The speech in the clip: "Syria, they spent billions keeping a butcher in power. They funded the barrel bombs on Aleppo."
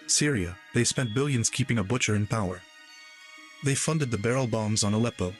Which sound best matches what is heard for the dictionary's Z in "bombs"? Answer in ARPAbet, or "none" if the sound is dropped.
Z